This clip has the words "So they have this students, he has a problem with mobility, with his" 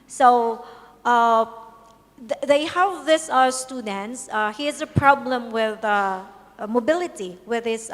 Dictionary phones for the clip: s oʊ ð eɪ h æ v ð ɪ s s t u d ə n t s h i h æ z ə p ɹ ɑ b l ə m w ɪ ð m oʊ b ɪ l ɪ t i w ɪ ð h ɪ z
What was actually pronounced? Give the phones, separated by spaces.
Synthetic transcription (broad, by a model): s oʊ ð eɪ h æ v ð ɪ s s t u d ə n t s h i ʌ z ə p ɹ ɑ b l ə m w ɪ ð m oʊ b ɪ l ɪ t i w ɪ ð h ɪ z